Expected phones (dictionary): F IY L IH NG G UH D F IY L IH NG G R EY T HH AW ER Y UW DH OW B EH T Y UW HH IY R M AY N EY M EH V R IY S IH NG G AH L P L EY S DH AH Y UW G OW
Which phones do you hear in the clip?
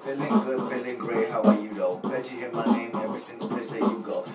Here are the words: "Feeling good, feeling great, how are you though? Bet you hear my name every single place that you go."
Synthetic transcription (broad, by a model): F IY L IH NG G UH D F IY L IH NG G R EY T HH AW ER Y UW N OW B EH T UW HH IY M AY N EY M EH V R IY S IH NG G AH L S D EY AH Y UW G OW